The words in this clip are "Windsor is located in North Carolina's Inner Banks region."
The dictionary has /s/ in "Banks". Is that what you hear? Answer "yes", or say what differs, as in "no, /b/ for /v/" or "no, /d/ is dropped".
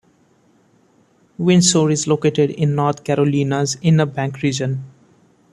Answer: no, /s/ is dropped